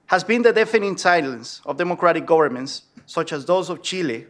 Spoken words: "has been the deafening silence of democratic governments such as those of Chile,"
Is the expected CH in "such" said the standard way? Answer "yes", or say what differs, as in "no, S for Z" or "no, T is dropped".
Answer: yes